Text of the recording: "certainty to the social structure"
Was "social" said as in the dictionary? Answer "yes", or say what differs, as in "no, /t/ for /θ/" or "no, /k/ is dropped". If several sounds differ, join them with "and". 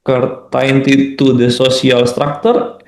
no, /s/ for /ʃ/